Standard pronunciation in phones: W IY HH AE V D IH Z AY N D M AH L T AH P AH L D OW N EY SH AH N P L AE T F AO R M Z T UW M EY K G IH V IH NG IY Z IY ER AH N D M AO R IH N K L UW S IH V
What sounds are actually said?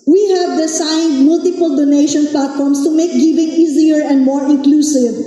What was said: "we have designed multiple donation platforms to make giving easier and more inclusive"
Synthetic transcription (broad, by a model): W IY HH AE V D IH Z AY N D M AH L T AH P AH L D OW N EY SH AH N P L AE T F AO R M S T UW M EY K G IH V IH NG IY Z IY ER AH N D M AO R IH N K L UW S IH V